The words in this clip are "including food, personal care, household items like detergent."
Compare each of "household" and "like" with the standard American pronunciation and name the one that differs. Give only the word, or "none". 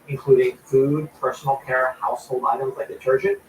household